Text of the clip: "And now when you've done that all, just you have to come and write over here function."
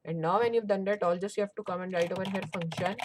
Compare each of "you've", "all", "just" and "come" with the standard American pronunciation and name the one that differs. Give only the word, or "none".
none